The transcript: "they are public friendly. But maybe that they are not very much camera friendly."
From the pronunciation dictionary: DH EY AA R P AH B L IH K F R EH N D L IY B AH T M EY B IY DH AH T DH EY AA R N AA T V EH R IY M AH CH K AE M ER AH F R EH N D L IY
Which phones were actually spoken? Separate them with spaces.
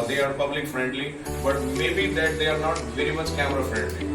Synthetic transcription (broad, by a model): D EY AA R P AH B L IH K F R EH N D L IY B AH T M EY B IY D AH T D EY AA R N AA T V EH R IY M AH CH K AE M ER AH F R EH N D L IY